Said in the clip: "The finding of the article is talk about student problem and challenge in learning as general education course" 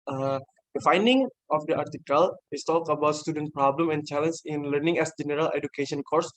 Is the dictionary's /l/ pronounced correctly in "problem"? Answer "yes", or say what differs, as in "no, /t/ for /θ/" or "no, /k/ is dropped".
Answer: yes